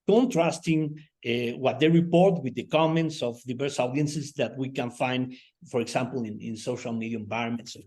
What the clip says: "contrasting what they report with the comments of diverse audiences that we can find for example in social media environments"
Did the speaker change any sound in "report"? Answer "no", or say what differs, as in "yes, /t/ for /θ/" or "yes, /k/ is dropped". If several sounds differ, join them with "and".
no